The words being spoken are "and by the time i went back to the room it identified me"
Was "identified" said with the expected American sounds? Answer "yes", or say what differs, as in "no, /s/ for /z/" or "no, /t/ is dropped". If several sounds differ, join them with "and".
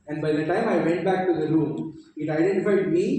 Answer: yes